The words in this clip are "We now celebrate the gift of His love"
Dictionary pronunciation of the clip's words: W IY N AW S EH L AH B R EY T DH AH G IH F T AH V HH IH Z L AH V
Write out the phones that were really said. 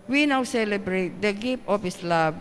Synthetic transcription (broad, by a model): W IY N AW S EH L AH B R EY T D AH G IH P T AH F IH S L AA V